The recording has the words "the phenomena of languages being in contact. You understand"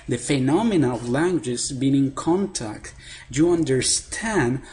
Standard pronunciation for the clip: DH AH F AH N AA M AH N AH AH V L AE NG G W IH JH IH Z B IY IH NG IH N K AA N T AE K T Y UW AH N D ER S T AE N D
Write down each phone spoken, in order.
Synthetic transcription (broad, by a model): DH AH F AH N AA M AH N AH AH V L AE NG G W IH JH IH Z B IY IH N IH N K AA N T AE K T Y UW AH N D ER S T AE N D